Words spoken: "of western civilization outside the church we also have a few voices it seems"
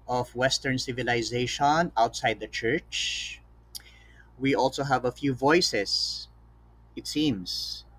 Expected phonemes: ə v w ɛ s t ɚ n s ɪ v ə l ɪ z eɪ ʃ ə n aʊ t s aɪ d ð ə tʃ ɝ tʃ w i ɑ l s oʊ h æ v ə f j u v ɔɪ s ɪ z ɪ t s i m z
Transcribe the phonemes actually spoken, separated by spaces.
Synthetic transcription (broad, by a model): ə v w ɛ s t ɚ n s ɪ v ə l ɪ z eɪ ʃ ə n aʊ t s aɪ d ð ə tʃ ɝ tʃ w i ɑ l s oʊ h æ v ə f j u v ɔɪ s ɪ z ɪ t s i m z